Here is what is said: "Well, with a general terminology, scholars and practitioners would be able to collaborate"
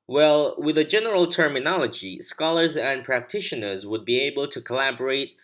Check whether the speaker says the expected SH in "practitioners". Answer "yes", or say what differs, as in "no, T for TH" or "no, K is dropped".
yes